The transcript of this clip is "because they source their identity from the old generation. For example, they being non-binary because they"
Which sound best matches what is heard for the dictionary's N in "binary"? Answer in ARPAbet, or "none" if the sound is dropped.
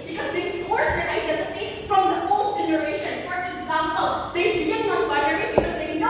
none